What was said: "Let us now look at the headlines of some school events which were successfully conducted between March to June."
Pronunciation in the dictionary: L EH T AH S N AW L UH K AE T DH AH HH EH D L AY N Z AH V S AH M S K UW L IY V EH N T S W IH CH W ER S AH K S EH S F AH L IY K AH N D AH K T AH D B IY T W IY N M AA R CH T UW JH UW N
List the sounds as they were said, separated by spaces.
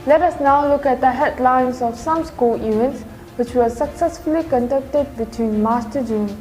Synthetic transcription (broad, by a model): L EH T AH S N AW L UH K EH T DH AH HH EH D L AY N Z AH F S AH M S K UW L IY V EH N T S W IH CH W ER S AH K S EH S F AH L IY K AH N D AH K T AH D B IY T W IY N M AA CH T UW JH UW N